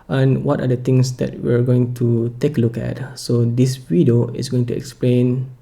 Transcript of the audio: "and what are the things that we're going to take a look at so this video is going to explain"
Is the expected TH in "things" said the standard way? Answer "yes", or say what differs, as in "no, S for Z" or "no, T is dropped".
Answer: no, T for TH